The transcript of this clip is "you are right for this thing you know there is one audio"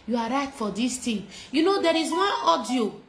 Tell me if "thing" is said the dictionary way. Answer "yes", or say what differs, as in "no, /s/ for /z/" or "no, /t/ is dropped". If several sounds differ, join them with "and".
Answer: no, /t/ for /θ/